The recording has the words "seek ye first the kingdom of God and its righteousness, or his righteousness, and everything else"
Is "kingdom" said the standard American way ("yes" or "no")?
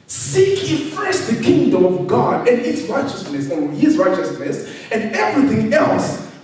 yes